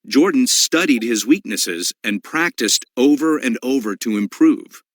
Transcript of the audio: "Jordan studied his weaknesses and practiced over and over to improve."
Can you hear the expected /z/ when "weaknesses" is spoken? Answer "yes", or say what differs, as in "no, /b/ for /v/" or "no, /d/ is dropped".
yes